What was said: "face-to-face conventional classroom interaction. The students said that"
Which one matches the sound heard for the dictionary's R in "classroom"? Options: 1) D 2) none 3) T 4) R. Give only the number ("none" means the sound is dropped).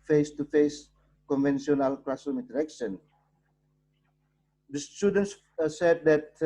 2